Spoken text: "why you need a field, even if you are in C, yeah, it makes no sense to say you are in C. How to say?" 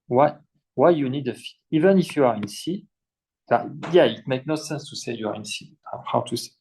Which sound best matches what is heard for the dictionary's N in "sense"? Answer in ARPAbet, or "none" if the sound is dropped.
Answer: N